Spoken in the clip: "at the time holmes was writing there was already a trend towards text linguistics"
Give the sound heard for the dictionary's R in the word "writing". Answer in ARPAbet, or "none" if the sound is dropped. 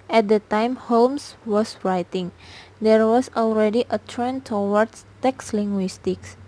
R